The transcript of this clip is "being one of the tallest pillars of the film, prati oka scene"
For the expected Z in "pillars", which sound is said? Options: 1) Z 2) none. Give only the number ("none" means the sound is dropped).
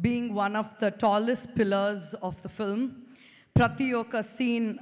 1